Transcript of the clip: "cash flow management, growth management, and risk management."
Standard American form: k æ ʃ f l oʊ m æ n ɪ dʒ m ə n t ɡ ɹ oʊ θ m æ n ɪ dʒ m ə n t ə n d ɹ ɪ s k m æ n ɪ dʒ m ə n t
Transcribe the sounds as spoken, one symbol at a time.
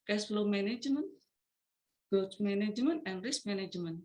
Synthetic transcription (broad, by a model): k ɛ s f l oʊ m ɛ n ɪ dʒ m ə n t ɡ oʊ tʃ m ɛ n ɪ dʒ m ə n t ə n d ɹ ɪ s m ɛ n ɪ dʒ m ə n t